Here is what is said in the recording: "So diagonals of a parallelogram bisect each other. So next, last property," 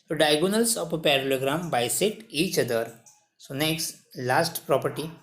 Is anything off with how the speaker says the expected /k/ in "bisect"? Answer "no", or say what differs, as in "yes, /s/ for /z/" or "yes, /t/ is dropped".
yes, /k/ is dropped